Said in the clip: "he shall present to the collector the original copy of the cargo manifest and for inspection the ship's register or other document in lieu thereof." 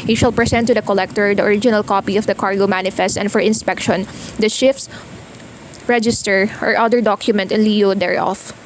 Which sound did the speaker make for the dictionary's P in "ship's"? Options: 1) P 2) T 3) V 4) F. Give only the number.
4